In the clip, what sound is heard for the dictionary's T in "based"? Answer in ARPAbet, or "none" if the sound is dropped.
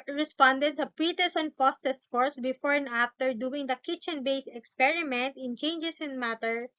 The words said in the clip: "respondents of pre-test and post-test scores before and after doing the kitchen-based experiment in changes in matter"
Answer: none